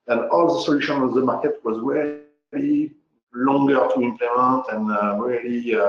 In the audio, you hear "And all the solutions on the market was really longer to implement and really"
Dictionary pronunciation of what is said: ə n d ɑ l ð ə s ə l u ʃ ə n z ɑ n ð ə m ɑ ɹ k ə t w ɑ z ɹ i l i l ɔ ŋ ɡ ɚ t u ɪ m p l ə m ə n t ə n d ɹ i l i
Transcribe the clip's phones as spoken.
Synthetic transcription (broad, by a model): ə n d ɑ l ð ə s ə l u ʃ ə n ɑ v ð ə m ɑ ɹ k ə t w ɑ z ɹ i l i l ɔ ŋ ɡ ɚ t u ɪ m p l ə m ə n t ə n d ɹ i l i